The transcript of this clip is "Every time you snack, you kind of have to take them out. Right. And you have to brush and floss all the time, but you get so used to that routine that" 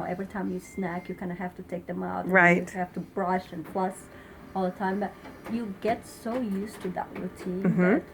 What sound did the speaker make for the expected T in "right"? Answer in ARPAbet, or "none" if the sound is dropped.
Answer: none